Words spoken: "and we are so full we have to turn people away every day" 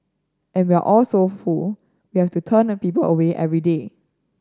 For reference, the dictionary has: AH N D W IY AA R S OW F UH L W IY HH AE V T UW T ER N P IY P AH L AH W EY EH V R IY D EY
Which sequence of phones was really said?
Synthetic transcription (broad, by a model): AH N W IY AA L S OW F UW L W IY HH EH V T UW T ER N P IY P AH L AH W EY EH V R IY D EY